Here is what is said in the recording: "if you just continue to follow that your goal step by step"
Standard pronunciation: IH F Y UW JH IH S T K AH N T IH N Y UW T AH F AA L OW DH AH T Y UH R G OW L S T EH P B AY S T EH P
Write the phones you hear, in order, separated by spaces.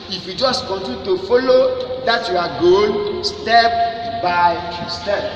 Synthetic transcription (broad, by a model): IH F Y UW JH IH S T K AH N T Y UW T AH F AA L OW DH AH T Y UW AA G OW N S T EH P B AY S T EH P